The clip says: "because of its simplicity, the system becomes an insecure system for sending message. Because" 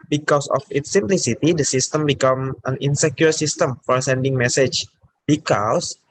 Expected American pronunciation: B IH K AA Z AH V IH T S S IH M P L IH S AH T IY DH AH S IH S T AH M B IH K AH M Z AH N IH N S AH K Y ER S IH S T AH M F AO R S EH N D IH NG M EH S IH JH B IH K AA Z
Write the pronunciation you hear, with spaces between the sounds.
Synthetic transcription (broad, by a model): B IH K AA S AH F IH T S S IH M P L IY S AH T IY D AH S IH S T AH M B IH K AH M AH N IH N S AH K Y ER S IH S T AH M F AO R S EH N D IH NG M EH S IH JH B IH K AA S